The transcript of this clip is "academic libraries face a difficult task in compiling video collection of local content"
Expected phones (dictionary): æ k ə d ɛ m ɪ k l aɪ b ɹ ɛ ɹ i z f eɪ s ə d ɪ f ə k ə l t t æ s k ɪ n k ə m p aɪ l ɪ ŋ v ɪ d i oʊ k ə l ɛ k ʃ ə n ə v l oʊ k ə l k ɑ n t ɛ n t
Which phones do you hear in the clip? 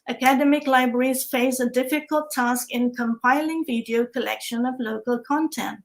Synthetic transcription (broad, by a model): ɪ k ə d ɛ m ɪ k l aɪ b ɹ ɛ ɹ i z f eɪ s ə d ɪ f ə k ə l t t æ s k ɪ n k ə m p aɪ l ɪ ŋ v ɪ d i oʊ k ə l ɛ k ʃ ə n ə v l oʊ k ə l k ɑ n t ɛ n t